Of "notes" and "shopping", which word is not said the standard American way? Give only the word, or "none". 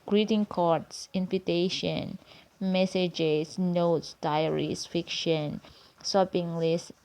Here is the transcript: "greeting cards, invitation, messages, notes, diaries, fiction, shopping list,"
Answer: shopping